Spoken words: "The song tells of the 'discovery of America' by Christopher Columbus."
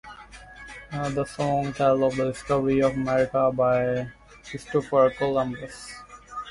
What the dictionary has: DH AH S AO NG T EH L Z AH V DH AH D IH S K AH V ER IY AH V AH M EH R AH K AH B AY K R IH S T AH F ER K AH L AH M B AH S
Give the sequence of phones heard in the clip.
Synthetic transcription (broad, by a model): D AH S AO NG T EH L AH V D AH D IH S K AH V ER IY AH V AH M EH R AH K AH B AY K IH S T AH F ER K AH L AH M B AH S